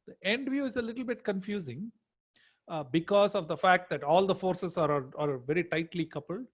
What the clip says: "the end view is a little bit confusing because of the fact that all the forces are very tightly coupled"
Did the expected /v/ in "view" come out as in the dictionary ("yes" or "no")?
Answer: yes